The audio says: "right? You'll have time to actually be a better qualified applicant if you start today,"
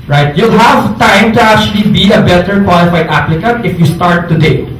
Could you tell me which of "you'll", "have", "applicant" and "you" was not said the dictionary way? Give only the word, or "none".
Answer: none